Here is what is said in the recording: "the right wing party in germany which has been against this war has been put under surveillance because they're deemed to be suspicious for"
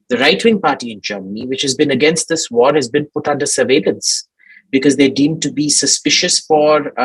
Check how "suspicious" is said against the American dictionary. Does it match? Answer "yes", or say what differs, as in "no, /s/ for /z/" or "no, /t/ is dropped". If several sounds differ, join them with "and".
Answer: yes